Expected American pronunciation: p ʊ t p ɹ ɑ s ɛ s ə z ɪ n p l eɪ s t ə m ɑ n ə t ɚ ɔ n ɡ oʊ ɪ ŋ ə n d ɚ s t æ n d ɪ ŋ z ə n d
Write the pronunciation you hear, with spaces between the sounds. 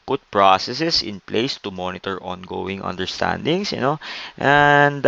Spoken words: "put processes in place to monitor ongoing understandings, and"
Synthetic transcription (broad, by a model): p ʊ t p ɹ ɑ s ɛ s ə s ɪ n p l eɪ s t ə m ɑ n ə t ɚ ɔ n ɡ oʊ ɪ ŋ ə n d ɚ s t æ n d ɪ ŋ s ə n d